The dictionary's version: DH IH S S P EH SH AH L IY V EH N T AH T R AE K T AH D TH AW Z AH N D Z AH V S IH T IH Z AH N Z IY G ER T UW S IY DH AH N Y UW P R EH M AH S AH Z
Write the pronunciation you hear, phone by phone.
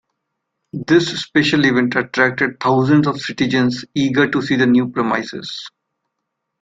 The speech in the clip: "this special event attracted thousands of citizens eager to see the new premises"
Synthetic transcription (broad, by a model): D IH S S P EH SH AH L IY V EH N T AH T R AE K T AH D T AW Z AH N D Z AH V S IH T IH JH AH N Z IY G ER T UW S IY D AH N Y UW P R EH M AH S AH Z